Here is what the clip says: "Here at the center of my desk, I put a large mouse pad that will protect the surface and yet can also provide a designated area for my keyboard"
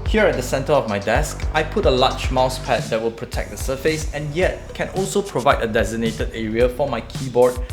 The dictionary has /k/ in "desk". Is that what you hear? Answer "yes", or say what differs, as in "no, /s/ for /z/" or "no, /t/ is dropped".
yes